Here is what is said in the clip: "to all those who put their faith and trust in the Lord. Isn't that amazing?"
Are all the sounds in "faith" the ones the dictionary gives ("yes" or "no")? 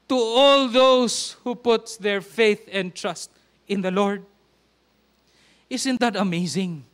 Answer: yes